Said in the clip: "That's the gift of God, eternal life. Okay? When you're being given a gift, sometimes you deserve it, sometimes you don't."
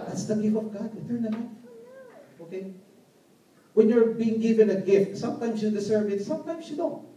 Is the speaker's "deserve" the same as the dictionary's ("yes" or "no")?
no